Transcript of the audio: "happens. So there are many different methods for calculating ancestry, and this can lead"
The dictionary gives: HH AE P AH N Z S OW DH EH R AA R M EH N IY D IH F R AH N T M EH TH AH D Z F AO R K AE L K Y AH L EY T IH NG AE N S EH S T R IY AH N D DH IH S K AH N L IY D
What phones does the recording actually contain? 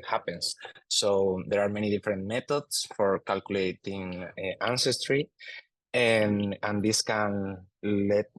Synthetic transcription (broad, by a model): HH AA P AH N S OW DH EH R AA R M EH N IY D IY F R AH N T M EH T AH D S F AO R K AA L K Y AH L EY T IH NG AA N S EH S T R IY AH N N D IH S K AH N L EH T